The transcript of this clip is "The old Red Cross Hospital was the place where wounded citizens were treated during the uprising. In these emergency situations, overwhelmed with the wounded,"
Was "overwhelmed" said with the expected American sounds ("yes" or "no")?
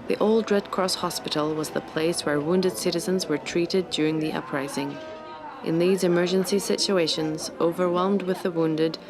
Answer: yes